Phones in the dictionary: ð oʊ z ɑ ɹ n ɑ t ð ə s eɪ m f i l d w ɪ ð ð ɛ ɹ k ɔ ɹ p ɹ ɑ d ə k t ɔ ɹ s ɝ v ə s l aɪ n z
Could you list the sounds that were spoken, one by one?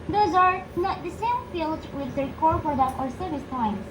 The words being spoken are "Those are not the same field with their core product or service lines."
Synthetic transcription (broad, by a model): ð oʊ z ɑ ɹ n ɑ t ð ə s eɪ m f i l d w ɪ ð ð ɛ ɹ k ɔ ɹ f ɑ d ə t ɔ ɹ s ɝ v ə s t aɪ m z